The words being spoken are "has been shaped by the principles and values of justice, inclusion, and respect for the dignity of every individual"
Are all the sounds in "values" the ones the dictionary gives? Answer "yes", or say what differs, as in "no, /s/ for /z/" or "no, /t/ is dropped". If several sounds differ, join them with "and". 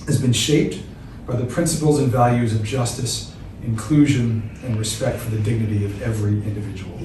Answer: yes